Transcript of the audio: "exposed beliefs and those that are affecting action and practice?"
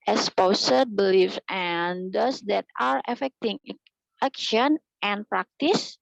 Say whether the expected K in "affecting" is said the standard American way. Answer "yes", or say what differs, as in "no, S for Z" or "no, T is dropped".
yes